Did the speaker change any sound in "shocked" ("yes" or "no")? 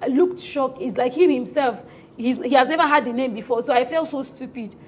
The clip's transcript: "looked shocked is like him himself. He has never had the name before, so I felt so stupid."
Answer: yes